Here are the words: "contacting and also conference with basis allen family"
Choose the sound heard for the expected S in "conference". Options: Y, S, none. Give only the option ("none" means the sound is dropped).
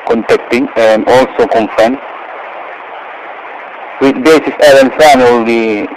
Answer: none